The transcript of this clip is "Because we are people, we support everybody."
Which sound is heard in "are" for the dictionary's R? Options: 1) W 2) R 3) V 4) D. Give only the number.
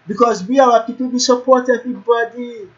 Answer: 1